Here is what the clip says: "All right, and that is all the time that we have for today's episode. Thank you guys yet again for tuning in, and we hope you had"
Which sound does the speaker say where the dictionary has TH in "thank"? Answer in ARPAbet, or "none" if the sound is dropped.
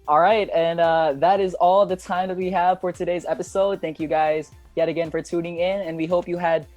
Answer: TH